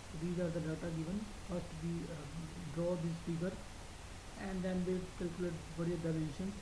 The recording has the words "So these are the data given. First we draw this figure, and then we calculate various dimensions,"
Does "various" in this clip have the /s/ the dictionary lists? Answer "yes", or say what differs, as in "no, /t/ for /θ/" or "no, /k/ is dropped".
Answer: no, /s/ is dropped